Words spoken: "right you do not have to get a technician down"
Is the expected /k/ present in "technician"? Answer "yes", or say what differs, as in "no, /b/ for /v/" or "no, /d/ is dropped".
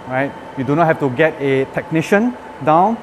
yes